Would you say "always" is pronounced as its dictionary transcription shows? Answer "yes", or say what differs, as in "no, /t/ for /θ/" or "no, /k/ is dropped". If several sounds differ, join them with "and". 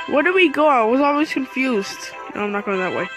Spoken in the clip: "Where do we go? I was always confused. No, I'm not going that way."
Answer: yes